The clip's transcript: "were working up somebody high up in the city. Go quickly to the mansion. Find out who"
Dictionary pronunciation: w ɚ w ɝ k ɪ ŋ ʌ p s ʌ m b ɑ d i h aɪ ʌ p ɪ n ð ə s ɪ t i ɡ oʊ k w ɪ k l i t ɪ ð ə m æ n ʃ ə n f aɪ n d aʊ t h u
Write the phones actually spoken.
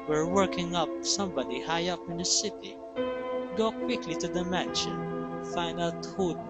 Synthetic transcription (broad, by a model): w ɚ w ɝ k ɪ ŋ ʌ p s ʌ m b ɑ d i h aɪ ʌ p ɪ n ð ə s ɪ t i ɡ oʊ k w ɪ k l i t ɪ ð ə m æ n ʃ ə n f aɪ n d aʊ t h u